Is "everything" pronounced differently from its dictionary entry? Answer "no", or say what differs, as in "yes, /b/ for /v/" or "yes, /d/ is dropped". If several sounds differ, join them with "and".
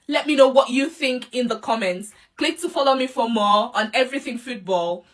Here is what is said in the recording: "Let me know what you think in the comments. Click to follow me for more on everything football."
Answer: no